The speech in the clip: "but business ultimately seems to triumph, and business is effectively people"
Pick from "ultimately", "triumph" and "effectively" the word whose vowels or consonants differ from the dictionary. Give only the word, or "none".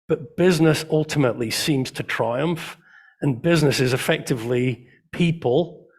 none